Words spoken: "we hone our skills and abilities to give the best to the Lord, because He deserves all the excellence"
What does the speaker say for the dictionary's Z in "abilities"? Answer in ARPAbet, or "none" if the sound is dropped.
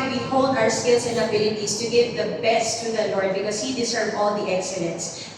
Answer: S